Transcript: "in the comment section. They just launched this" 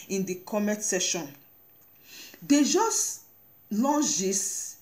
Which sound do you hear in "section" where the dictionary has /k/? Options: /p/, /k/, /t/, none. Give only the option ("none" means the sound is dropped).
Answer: none